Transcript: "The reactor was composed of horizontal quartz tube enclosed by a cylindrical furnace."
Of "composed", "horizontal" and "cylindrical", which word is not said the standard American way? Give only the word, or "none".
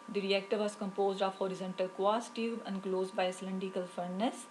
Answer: cylindrical